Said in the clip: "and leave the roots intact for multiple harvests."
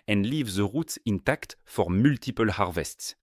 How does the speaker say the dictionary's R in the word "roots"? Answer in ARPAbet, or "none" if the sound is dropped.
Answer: R